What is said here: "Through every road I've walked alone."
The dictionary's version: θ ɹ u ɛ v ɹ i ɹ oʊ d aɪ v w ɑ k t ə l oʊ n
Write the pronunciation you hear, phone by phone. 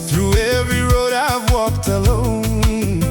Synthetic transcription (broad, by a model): θ ɹ u ɛ v ɹ i ɹ oʊ d aɪ v w ɑ k t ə l oʊ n